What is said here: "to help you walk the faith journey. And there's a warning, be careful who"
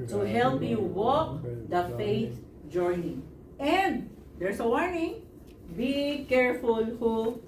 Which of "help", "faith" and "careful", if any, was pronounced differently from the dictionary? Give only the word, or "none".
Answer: faith